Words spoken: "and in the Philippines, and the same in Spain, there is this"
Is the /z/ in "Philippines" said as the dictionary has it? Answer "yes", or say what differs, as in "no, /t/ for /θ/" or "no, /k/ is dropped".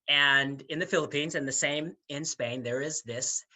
yes